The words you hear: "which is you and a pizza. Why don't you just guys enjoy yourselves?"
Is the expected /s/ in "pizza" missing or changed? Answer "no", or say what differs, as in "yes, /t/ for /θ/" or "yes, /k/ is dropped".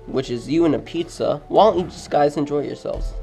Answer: no